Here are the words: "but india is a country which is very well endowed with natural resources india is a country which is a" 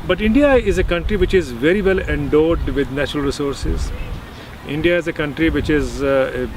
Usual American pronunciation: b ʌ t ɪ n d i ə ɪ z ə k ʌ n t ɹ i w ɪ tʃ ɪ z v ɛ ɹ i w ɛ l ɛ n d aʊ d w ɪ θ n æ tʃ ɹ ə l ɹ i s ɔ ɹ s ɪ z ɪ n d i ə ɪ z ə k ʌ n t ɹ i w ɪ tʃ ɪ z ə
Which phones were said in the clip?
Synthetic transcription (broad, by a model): b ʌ t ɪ n d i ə ɪ z ə k ʌ n t ɹ i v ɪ tʃ ɪ z v ɛ ɹ i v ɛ l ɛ n d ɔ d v ɪ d n æ tʃ ɹ ə l ɹ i s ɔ ɹ s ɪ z ɪ n d i ə ɪ z ə k ʌ n t ɹ i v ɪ tʃ ɪ z